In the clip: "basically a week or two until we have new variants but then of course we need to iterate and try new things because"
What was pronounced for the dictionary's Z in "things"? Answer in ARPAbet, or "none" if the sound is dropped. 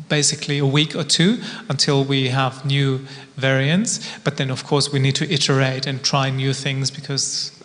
Z